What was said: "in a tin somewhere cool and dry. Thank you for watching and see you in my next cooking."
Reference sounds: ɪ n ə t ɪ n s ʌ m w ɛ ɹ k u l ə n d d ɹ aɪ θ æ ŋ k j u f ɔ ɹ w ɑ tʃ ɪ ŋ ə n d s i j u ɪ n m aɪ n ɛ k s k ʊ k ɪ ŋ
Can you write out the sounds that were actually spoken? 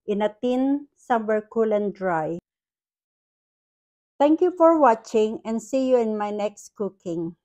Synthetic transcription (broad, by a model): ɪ n ə t ɪ n s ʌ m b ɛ ɹ k u l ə n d d ɹ aɪ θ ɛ ŋ k j u f ɔ ɹ w ɑ tʃ ɪ ŋ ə n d s i j u ɪ n m aɪ n ɛ k s k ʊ k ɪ ŋ